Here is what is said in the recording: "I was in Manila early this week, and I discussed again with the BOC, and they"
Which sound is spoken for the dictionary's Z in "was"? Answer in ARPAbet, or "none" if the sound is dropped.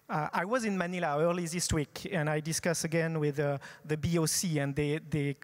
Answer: Z